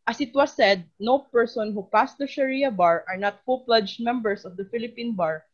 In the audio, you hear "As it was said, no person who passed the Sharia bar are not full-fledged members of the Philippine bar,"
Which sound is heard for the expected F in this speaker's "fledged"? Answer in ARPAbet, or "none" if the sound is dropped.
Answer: P